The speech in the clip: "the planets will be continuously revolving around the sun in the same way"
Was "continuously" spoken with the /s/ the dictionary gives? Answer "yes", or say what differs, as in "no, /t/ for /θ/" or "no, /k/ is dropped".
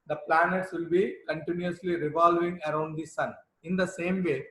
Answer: yes